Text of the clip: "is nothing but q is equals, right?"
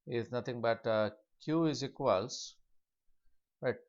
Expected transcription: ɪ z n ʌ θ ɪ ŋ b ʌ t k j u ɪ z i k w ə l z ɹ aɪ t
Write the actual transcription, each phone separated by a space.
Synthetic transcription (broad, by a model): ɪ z n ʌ t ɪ ŋ b ʌ t k j u ɪ z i k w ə l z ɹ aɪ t